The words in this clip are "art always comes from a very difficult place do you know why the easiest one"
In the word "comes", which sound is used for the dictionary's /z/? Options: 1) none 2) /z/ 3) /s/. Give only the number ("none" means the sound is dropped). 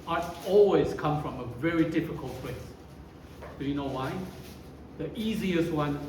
1